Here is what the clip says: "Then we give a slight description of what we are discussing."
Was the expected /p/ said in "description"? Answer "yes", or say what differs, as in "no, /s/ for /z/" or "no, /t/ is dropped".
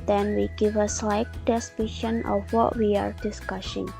no, /p/ is dropped